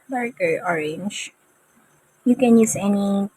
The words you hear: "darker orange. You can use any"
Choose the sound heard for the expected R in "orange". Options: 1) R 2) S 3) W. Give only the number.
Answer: 1